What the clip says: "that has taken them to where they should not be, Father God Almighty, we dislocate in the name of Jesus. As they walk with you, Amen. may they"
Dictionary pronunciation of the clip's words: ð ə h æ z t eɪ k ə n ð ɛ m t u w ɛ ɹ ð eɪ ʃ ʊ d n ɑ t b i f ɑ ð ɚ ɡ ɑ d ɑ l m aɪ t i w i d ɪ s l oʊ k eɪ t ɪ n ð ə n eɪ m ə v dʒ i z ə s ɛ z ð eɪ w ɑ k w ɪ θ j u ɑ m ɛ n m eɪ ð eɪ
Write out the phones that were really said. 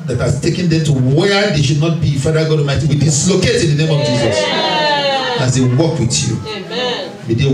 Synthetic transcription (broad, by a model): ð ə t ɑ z t eɪ k ə n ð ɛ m t u w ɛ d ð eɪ ʃ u d n ɑ t b i f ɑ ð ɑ ɡ ɑ d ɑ m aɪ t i w i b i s l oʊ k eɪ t ɪ n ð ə n eɪ m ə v dʒ i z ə s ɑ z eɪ w ɑ k w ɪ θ j u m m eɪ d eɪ